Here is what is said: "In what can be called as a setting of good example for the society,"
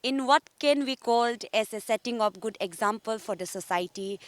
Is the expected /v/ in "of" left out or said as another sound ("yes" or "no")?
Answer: yes